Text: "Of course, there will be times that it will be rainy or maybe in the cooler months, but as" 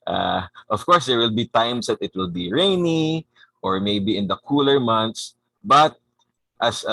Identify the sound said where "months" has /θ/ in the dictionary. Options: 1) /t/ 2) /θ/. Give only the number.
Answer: 1